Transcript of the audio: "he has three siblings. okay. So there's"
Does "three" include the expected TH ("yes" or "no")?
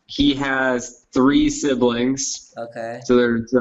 yes